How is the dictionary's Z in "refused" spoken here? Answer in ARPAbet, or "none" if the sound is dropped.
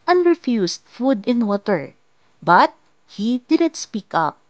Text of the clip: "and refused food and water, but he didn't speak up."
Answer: S